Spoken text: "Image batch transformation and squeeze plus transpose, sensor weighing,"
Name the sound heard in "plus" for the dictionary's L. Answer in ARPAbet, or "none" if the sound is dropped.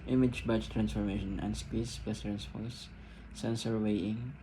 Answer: none